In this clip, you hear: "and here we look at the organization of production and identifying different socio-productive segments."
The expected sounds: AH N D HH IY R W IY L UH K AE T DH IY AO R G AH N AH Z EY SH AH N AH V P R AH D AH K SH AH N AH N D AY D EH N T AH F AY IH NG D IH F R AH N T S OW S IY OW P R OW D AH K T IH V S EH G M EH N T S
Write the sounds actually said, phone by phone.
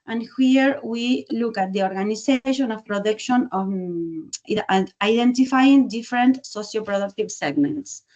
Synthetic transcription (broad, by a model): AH N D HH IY R W IY L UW K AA T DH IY AO R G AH N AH S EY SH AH N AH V P R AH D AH K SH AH N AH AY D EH N T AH F AY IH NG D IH F R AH N T S OW S IY OW P R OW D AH K T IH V S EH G M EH N T S